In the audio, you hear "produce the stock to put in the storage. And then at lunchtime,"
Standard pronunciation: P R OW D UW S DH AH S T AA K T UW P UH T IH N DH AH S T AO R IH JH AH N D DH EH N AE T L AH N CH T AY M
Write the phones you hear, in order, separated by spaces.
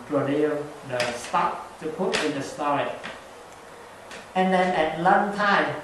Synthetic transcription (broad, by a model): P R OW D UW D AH S T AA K T UW P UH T IH N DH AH S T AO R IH AH N D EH N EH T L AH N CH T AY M